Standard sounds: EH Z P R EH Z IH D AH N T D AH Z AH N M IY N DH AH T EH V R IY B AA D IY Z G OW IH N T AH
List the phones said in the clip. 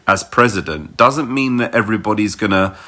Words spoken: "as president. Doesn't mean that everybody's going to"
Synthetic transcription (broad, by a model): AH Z P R EH Z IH D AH N D AH Z AH N M IY N DH AH T EH V R IY B AA D IY Z G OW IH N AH